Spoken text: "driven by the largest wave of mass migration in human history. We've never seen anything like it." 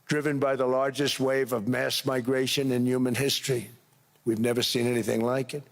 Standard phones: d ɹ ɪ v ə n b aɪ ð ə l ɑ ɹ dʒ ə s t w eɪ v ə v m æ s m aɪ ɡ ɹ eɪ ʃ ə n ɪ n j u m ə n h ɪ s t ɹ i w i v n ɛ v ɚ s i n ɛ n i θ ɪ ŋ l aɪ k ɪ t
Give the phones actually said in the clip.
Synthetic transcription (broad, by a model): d ɹ ɪ v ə n b aɪ ð ə l ɑ ɹ dʒ ə s t w eɪ v ə v m æ s m aɪ ɡ ɹ eɪ ʃ ə n ɪ n j u m ə n h ɪ s t ɹ i w i v n ɛ v ɚ s i n ɛ n i θ ɪ ŋ l aɪ k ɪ t